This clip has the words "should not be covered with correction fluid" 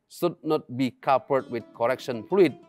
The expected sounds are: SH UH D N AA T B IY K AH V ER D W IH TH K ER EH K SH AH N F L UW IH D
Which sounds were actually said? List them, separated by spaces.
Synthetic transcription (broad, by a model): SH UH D N AA T B IY K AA P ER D W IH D K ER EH K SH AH N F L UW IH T